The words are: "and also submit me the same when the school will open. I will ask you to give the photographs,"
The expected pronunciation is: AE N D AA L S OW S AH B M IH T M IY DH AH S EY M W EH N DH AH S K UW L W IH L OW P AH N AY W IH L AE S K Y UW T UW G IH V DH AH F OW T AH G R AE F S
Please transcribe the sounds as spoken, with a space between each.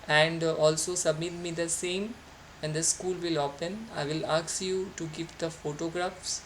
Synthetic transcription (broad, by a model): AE N D AA L S OW S AH B M IH T M IY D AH S EY M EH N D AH S K UW L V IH L OW P AH N AY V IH L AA S Y UW T UW G IH V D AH F OW T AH G R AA F S